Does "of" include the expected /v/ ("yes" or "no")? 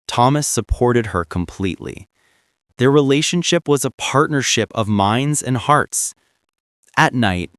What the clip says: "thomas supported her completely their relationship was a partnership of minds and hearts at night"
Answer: yes